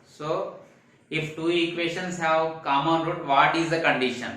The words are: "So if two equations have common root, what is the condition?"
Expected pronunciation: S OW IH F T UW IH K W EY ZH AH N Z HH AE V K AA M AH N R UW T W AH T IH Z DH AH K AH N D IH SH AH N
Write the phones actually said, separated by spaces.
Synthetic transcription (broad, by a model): S OW IH F T UW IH K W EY SH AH N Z HH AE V K AA M AH N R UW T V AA T IH Z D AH K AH N D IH SH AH N